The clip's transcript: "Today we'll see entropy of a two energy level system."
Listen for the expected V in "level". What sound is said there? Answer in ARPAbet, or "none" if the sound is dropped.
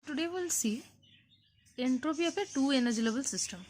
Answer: B